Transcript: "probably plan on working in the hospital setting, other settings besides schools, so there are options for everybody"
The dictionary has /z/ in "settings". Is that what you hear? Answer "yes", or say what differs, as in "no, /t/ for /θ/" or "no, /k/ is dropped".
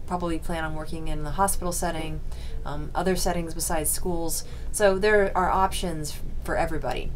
yes